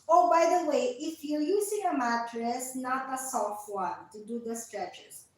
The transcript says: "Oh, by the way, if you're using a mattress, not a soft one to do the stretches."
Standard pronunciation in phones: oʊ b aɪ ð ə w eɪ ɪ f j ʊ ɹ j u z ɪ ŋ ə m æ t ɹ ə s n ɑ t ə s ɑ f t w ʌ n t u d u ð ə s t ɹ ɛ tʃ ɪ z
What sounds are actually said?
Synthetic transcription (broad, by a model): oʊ b aɪ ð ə w eɪ ɪ f j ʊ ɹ j u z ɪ ŋ ə m æ t ɹ ə s n ɑ t ə s ɑ f t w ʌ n t u d u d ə s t ɹ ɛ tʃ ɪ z